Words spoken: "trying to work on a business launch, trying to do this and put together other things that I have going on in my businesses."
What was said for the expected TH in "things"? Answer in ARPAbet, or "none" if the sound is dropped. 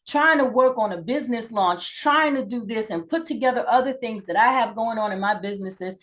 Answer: TH